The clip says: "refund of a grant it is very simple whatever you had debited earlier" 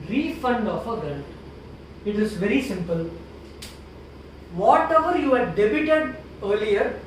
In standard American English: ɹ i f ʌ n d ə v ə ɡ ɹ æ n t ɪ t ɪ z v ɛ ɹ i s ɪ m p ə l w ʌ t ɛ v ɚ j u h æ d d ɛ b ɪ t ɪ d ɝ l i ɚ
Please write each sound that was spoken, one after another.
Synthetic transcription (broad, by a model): ɹ i f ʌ n d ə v ə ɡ ɛ l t ɪ t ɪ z v ɛ ɹ i s ɪ m p ə l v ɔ t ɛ v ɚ j u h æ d d ɛ b ɪ t ɪ d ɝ l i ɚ